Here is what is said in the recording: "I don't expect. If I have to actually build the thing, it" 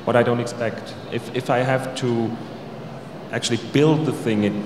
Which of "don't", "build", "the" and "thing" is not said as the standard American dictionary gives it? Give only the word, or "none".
none